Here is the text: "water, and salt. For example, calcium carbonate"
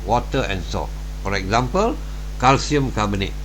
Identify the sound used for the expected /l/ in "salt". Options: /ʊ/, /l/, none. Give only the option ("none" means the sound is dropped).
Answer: none